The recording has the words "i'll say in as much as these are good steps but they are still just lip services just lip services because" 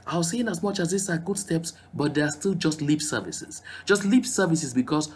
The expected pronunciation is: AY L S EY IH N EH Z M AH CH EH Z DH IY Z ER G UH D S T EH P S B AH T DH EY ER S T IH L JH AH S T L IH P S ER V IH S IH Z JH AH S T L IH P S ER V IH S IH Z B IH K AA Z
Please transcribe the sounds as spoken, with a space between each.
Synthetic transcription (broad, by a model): AY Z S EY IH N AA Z M AH CH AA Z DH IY S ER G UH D S T EH P S B AH T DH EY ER S T IH L JH AH S T L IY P S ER V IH S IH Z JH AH S T L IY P S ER V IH S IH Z B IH K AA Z